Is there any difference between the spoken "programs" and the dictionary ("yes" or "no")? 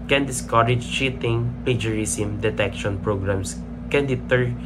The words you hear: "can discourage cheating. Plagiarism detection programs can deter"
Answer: yes